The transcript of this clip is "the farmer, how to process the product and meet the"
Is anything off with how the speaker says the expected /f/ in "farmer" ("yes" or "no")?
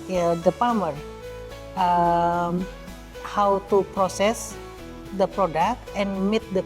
yes